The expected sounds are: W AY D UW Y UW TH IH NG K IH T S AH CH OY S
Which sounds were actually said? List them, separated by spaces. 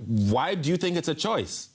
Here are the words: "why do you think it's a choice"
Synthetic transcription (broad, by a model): W AY D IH Y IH TH IH NG K IH T S AH CH OY S